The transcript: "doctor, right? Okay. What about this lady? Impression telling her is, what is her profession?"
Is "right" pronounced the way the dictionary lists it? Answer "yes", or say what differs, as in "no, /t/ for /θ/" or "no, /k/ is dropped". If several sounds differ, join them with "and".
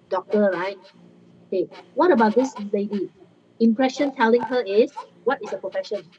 yes